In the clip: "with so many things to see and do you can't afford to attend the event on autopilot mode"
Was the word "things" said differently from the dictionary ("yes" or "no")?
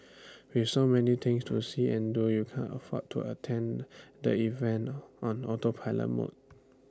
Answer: yes